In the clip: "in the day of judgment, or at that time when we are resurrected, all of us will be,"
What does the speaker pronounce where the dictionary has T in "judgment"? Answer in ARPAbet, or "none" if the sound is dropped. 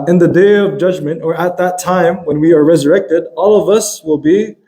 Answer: T